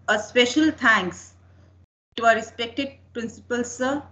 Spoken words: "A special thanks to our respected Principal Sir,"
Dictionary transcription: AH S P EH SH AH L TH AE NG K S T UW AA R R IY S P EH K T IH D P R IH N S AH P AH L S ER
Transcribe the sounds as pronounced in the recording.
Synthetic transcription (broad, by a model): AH S P EH SH AH L T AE NG K S T UW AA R R IY S P EH K T IH D P R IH N S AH P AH L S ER